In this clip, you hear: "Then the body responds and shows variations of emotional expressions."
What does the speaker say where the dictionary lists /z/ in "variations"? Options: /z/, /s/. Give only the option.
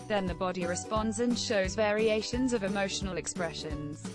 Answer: /z/